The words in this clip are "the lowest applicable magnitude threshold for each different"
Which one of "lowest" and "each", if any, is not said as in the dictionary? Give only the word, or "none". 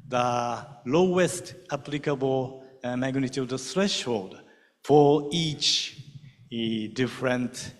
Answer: none